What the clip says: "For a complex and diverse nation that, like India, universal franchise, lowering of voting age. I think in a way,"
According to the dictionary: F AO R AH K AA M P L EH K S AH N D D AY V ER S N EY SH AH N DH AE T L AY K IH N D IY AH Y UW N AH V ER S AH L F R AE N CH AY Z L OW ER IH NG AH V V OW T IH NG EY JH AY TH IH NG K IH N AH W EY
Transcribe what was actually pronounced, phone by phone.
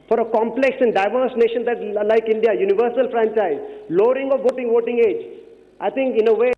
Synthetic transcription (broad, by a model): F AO R AH K AA M P L EH K S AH N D D AY V ER S N EY SH AH N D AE T L AY K IH N D IY AH Y UW N AH V ER S AH L F R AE N CH AY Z L OW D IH NG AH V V OW T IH NG EY JH AY T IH NG K IH N AH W EY